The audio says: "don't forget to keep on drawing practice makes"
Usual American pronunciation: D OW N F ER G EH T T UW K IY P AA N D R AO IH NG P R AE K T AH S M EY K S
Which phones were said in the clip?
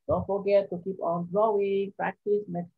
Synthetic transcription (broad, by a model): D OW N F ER G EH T T UW K IY P AA N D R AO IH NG P R AE K T AH S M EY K